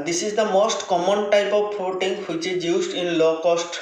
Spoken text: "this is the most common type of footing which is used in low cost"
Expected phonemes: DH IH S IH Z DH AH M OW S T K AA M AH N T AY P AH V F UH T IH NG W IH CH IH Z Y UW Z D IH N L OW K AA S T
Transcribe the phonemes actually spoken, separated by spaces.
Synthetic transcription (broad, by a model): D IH S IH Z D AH M OW S T K AA M AH N T AY P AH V P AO T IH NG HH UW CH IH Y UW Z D IH N L OW K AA S T